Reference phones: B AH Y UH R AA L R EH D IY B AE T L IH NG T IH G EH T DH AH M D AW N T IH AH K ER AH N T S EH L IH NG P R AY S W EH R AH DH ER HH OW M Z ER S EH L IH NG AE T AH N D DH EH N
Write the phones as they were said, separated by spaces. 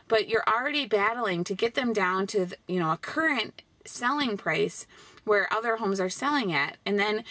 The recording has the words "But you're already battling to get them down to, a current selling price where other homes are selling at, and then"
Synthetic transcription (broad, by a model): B AH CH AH R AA L R EH D IY B AE T L IH NG T IH G EH T DH AH M D AW N T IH AH K ER AH N T S EH L IH NG P R AY S W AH R AH DH ER HH OW M Z ER S EH L IH NG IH T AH N DH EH N